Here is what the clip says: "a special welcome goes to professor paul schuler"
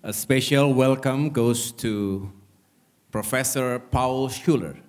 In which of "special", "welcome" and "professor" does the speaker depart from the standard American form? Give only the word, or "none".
none